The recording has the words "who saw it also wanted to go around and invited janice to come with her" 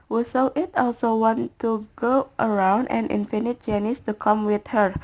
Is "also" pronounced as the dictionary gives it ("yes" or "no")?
yes